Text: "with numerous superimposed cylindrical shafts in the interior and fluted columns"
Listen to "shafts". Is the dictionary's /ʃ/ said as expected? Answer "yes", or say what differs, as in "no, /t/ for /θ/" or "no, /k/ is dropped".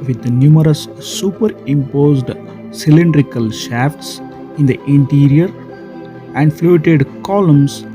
yes